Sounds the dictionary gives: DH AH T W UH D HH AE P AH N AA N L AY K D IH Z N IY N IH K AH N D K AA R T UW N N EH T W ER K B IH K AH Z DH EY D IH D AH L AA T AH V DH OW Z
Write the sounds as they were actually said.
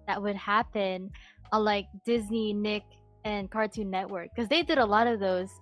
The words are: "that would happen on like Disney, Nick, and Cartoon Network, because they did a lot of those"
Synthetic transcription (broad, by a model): DH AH T W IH D HH AE P AH N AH L AY K D IH Z N IY N IH K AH N K AA R T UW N N EH T W ER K K AH Z DH EY D IH D AH L AA T AH V DH OW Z